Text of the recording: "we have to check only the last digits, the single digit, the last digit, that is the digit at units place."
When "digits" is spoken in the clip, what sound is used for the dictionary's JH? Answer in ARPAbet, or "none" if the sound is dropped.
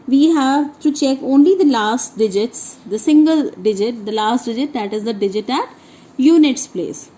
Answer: JH